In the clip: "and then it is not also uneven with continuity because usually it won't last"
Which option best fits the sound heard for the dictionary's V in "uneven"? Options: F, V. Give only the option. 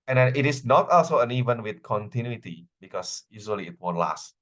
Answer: V